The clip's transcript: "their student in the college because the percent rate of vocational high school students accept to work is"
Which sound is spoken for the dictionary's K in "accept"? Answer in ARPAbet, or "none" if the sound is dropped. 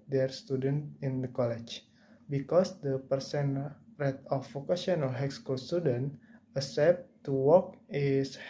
none